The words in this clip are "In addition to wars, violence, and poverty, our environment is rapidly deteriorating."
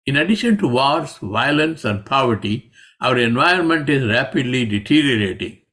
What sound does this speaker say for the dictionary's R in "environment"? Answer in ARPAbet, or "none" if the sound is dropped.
none